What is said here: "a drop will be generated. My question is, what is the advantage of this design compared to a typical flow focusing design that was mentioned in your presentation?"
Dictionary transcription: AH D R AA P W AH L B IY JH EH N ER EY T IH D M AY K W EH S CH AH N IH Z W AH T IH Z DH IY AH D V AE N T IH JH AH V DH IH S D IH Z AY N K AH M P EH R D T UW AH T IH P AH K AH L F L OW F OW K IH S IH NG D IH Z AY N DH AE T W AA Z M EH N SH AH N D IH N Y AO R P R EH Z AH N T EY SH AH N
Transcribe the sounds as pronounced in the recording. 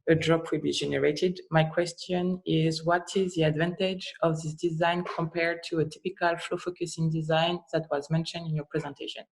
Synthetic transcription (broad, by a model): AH D R AA P W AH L B IY JH EH N ER EY T IH D M AY K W EH S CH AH N IH Z W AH T IH Z DH IY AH D V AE N T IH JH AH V DH IH S D IH Z AY N K AH M P EH R D T UW AH T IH P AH K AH L F L OW F OW K IH S IH NG D IH Z AY N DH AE T W AA Z M EH N SH AH N D IH N Y AO R P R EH Z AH N T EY SH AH N